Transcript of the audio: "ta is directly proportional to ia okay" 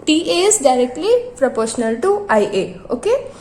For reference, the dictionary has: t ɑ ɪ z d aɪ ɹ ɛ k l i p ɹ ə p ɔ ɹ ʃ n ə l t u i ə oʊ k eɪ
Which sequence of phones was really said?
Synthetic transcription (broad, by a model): t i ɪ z d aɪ ɹ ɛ k l i p ɹ ə p ɔ ɹ ʃ n ə l t u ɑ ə oʊ k eɪ